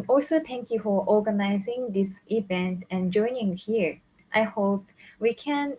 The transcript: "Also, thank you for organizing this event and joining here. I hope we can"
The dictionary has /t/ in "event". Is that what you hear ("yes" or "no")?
yes